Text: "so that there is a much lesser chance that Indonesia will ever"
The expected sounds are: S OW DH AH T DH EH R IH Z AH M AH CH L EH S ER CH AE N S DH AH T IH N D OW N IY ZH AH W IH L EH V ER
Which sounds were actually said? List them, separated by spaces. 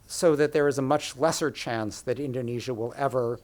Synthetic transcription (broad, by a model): S OW DH AH T DH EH R IH Z AH M AH CH L EH S ER CH AE N S DH AH T IH N D OW N IY ZH AH W IH L EH V ER